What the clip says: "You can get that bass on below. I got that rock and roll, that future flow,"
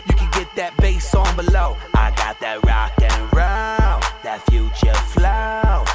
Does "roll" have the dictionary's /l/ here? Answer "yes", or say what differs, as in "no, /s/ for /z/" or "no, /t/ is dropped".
no, /n/ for /l/